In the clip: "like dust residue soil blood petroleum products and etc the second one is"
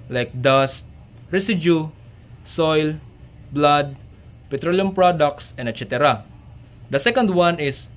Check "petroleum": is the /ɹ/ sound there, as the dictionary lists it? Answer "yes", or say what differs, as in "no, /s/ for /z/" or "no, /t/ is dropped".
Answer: yes